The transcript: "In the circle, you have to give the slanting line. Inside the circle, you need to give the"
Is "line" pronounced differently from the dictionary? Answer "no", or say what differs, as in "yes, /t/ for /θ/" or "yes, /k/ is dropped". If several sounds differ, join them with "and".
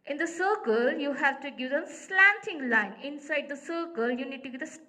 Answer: no